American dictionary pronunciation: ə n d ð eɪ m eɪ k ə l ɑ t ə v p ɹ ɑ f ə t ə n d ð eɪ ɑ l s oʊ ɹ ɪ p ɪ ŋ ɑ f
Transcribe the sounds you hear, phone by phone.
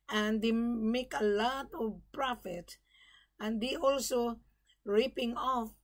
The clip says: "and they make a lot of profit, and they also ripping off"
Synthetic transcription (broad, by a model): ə n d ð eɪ m eɪ k ə l ɑ t ə v p ɹ ɑ f ə t ə n d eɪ ɑ l s oʊ ɹ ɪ p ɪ ŋ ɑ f